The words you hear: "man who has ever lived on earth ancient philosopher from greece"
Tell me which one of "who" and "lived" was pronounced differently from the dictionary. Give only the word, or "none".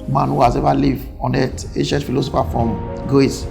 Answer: lived